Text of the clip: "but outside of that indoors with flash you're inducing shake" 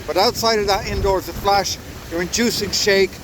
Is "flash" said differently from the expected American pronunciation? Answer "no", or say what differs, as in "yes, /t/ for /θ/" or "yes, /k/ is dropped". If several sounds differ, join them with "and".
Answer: no